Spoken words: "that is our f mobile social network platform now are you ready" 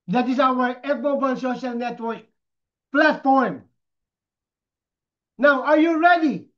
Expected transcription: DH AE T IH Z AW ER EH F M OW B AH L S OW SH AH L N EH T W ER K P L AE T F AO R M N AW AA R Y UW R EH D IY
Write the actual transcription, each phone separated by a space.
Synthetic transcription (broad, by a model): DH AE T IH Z AW ER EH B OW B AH N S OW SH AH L N EH T W ER K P L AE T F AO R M N AW AA R Y UW R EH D IY